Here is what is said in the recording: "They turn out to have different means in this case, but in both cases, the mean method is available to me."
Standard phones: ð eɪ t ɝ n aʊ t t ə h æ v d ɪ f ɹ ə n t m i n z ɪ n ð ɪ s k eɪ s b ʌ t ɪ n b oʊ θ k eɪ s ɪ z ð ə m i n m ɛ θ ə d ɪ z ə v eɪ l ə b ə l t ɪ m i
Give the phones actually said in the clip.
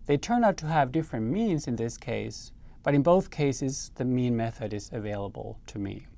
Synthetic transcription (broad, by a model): ð eɪ t ɝ n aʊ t t ə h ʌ v d ɪ f ɹ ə n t m i n z ɪ n ð ɪ s k eɪ s b ʌ t ɪ n b oʊ θ k eɪ s ɪ z ð ə m i n m ɛ θ ə d ɪ z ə v eɪ l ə b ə l t ɪ m i